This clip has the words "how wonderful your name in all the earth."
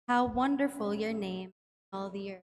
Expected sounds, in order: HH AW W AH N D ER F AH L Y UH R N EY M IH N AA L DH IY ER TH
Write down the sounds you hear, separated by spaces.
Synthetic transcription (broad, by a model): HH AW W AH N D ER F AH L Y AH R N EY IH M AA L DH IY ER